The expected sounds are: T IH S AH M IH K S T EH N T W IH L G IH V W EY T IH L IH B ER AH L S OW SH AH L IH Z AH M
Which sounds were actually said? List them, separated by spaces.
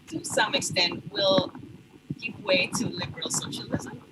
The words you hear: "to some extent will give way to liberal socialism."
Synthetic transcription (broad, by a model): T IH S AH M IH K S T EH N T W IH L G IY P W EY T IH L IH B ER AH L S OW SH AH L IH Z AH M